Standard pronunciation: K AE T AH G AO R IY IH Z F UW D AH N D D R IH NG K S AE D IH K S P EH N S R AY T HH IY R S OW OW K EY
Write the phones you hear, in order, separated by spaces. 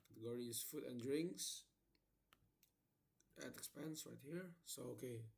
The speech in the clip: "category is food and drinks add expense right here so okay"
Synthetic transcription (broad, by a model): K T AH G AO R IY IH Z F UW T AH N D D R IH NG K S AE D IH K S P EH N S R AY T HH IY R S OW OW K EY